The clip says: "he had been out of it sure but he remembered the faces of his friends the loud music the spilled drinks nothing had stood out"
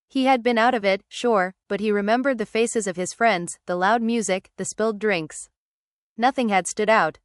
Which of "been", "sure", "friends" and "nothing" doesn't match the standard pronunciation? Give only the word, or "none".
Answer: none